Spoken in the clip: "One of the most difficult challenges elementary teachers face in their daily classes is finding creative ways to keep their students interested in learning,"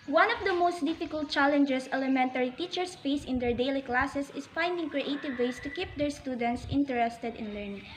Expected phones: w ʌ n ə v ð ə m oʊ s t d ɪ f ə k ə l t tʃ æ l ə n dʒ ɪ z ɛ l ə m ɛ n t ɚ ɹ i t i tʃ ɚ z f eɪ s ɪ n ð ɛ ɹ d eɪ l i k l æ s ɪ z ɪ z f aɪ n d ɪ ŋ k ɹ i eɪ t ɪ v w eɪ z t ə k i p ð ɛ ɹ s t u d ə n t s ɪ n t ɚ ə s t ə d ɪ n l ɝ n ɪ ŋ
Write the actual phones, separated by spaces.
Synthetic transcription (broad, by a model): w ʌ n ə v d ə m oʊ s t d ɪ f ə k ə l t tʃ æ l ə n dʒ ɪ s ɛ l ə m ɛ n t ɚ ɹ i t i tʃ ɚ s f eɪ s ɪ n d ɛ ɹ d eɪ l i k l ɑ s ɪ s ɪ s f aɪ n d ɪ ŋ k ɹ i eɪ t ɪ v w eɪ s t ə k i p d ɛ ɹ s t u d ə n t s ɪ n t ɚ ə s t ə d ɪ n l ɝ n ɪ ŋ